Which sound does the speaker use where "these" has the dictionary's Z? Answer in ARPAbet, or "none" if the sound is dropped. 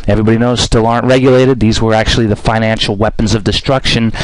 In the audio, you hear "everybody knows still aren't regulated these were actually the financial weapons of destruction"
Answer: Z